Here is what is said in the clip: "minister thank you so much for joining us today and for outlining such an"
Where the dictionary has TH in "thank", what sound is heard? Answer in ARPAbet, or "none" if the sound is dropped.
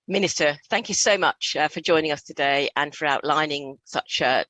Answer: TH